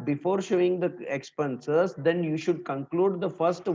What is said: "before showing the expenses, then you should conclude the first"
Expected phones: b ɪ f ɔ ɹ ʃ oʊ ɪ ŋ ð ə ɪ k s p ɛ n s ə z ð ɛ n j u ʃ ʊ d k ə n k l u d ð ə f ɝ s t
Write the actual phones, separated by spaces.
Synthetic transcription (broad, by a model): b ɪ f ɔ ɹ ʃ oʊ ɪ ŋ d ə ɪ k s p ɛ n s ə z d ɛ n j u ʃ ʊ d k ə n k l u d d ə f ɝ s t